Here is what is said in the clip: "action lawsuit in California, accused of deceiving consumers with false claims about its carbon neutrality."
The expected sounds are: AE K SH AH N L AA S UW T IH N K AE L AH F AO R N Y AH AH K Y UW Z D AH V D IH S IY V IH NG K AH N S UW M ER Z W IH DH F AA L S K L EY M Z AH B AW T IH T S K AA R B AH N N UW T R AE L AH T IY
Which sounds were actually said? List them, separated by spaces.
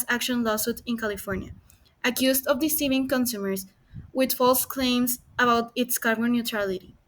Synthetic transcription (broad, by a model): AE K SH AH N L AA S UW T IH N K AE L AH F AO R N Y AH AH K Y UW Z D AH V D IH S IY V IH NG K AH N S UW M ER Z W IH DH F AA L S K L EY M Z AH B AW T IH T S K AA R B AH N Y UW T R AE L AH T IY